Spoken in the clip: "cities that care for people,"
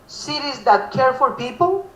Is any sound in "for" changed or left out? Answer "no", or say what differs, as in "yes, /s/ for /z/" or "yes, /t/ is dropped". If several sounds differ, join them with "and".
yes, /l/ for /ɹ/